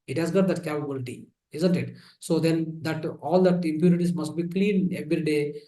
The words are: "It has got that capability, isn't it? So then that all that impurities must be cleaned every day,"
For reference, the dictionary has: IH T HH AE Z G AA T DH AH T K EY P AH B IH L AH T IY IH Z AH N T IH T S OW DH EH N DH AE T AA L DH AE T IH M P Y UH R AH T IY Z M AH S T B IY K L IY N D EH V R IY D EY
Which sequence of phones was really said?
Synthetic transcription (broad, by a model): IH T HH AE Z G AA T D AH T K EY P AH B IH L AH T IY IH Z AH N T IH T S OW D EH N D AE T AA L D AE T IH M P Y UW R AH T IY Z M AH S T B IY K L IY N EH V R IY D EY